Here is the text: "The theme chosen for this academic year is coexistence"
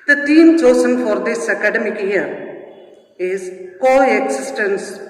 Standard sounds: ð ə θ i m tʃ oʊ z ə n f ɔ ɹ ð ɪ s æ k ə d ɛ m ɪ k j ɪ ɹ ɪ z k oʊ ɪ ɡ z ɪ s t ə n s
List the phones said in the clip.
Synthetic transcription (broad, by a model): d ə t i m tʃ oʊ s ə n f ɔ ɹ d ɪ s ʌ k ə d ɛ m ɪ k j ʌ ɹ ɪ z k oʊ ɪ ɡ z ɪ s t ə n s